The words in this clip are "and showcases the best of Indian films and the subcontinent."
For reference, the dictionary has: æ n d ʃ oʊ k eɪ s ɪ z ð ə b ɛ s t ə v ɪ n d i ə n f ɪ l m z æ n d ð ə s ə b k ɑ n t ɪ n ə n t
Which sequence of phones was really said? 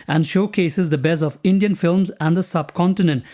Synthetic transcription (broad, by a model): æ n d ʃ oʊ k eɪ s ɪ z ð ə b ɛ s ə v ɪ n d i ə n f ɪ l m z æ n d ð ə s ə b k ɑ n t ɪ n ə n t